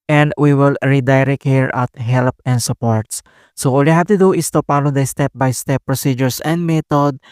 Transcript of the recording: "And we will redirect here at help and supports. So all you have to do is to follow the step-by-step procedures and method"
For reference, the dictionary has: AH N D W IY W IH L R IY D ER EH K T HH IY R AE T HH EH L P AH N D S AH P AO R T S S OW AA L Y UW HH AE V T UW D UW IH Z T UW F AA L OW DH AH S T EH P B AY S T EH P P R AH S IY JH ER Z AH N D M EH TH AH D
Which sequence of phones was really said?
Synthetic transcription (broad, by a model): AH N D W IY W IH L R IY D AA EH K HH IY R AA T HH EH L P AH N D S AH P AO R T S S OW AA L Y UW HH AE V T UW D UW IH S T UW P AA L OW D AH S T EH P B AY S T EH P P R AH S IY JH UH S AH N D M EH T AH D